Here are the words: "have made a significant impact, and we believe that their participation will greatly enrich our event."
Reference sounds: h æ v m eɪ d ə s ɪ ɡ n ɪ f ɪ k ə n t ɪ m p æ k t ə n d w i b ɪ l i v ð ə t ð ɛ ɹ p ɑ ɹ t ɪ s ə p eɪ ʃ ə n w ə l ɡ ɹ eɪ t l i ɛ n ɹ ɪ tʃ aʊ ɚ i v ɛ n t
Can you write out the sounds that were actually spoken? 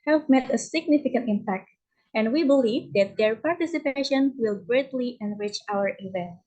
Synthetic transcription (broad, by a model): h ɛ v m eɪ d ə s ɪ ɡ n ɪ f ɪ k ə n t ɪ m p æ k t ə n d w i b ɪ l i v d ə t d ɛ ɹ p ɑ ɹ t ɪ s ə p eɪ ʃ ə n w ə l ɡ ɹ eɪ t l i ɛ n ɹ ɪ tʃ aʊ ɚ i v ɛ n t